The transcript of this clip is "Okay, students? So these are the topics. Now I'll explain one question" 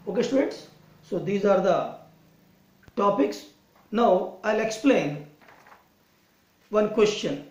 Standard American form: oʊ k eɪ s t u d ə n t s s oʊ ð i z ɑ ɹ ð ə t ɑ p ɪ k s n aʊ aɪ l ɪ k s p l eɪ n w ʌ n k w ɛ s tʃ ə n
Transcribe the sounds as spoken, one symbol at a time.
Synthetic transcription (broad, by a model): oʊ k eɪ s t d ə t s s oʊ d i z ɑ ɹ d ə t ɑ p ɪ k s n aʊ aɪ l ɪ k s p l eɪ n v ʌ n k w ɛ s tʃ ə n